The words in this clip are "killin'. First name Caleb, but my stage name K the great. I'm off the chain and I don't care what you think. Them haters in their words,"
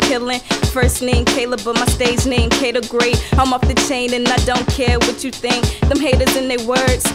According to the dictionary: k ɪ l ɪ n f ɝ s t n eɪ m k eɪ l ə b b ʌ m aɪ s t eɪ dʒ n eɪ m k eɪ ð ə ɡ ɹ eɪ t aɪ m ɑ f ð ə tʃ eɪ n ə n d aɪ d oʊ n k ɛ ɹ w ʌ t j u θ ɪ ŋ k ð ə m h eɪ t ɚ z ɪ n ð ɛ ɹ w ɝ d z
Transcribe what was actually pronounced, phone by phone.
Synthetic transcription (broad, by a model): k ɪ l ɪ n f ɝ s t n eɪ m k eɪ l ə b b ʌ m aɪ s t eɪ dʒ n eɪ m k eɪ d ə ɡ ɹ eɪ t aɪ m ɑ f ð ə tʃ eɪ n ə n aɪ d oʊ n k ɛ ɹ w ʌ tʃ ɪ θ ɪ ŋ k ð ə m h eɪ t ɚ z ɪ n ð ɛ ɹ w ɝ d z